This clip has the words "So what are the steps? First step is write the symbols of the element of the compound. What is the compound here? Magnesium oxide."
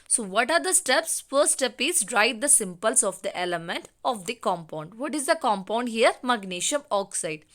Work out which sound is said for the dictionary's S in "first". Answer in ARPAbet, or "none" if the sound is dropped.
none